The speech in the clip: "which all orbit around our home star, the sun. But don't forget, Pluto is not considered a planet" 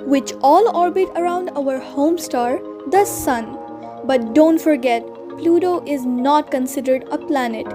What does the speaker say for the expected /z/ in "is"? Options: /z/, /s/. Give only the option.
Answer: /z/